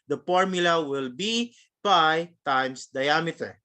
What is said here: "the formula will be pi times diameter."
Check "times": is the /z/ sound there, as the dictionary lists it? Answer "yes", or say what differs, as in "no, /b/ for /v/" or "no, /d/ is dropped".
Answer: no, /s/ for /z/